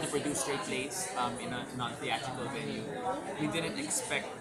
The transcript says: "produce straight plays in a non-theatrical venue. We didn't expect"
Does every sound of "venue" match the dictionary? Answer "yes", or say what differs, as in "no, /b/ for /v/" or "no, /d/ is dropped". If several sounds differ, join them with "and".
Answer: no, /l/ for /n/